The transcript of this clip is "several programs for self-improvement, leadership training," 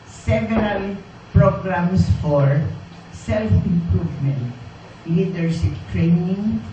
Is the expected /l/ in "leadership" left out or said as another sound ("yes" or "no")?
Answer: yes